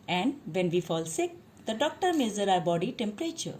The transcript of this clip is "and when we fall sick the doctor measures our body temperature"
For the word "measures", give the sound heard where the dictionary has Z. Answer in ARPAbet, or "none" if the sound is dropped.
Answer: none